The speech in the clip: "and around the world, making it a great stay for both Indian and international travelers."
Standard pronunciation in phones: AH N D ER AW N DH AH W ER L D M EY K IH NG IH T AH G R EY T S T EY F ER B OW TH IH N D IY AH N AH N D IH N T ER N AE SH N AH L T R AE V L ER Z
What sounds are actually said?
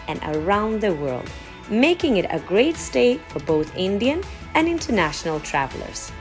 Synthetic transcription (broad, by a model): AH N ER AW N DH AH W ER L D M EY K IH NG IH T AH G R EY T S T EY F ER B OW TH IH N D IY AH N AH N IH N T ER N AE SH N AH L T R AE V L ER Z